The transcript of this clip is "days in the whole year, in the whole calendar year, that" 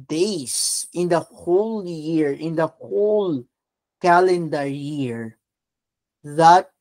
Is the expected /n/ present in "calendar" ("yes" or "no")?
yes